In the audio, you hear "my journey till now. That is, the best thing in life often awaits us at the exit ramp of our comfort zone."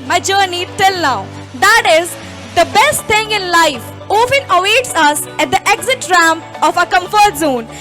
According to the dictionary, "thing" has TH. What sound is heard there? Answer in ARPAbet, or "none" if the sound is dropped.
T